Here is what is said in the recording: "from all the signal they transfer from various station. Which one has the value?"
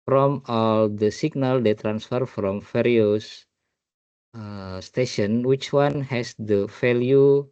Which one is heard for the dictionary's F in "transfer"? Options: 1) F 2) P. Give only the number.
1